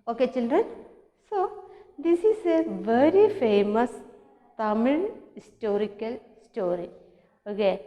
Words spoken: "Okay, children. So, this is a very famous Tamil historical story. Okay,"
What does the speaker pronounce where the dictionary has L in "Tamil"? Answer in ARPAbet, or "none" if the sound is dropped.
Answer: N